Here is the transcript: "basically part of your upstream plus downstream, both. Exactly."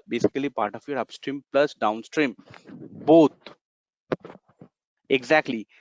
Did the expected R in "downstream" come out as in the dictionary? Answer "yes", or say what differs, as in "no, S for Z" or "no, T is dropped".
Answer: yes